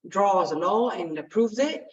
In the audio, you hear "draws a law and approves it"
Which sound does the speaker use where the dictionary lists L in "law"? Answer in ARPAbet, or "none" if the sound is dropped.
N